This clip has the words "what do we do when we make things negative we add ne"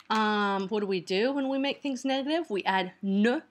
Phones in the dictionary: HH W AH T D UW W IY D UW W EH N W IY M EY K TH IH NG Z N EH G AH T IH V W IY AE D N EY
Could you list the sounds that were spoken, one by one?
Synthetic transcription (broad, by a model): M W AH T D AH W IY D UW W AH N W IY M EY K TH IH NG Z N EH G AH T IH V W IY AE D N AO